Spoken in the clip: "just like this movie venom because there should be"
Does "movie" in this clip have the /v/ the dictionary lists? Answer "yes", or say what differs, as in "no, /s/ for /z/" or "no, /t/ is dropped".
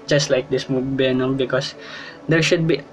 no, /b/ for /v/